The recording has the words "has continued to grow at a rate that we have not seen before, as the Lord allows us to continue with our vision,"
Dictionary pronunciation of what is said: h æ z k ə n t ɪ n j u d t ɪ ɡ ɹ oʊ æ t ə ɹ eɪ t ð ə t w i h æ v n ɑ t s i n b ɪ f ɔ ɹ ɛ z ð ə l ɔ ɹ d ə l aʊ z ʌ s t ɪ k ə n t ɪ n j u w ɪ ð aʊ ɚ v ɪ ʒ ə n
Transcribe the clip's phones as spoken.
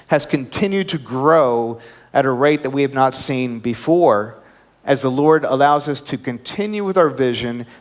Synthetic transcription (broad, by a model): h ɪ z k ə n t ɪ n j u d t ɪ ɡ ɹ oʊ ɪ t ə ɹ eɪ t ð ə t w i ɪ v n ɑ t s i n b ɪ f ɔ ɹ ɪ z ð ə l ɔ ɹ d ə l aʊ z ʌ s t ɪ k ə n t ɪ n j u w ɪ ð aʊ ɚ v ɪ ʒ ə n